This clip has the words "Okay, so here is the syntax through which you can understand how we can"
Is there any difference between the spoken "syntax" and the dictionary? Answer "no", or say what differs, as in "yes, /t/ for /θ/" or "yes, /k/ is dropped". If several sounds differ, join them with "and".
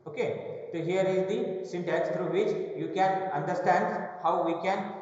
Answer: yes, /k/ is dropped